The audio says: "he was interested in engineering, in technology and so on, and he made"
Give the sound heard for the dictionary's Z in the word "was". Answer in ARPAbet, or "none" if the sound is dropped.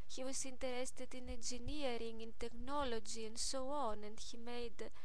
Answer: S